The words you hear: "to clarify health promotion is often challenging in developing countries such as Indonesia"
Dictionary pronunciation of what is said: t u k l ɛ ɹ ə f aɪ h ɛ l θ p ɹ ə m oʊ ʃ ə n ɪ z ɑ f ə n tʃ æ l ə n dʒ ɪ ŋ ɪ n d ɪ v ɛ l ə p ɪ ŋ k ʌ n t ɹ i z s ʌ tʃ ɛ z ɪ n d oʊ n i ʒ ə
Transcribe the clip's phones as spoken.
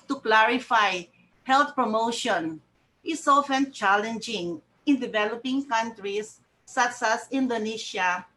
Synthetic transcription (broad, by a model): t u k l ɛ ɹ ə f aɪ h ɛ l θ p ɹ ə m oʊ ʃ ə n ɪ s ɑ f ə n tʃ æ l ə n dʒ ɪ ŋ ɪ n d ɪ v ɛ l ə p ɪ ŋ k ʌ n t ɹ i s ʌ s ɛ s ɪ n d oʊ n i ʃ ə